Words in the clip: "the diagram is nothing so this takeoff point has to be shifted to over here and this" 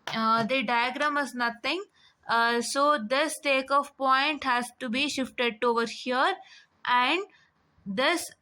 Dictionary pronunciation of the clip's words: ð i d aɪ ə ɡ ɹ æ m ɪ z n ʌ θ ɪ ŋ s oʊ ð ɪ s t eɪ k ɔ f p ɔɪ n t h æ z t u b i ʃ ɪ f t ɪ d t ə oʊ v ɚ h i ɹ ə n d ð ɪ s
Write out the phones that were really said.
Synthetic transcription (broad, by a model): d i d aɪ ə ɡ ɹ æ m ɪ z n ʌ t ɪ ŋ s oʊ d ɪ s t eɪ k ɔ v p ɔɪ n t h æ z t u b i ʃ ɪ f t ɪ d t oʊ v ɚ h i ɹ ə n d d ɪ s